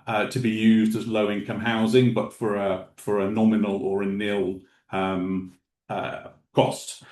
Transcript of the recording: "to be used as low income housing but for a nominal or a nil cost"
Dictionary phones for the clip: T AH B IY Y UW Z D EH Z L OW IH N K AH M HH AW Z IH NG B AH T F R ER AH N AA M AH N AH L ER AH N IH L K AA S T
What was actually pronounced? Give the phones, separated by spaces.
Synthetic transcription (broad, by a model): T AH B IY Y UW Z D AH Z L OW IH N K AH M HH AW Z IH NG B AH T F R ER AH N AA M AH N AH L ER AH N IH L K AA S T